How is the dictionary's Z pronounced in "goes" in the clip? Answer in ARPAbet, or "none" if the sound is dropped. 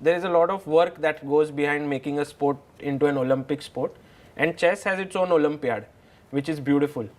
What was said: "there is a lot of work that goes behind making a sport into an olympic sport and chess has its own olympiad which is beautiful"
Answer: Z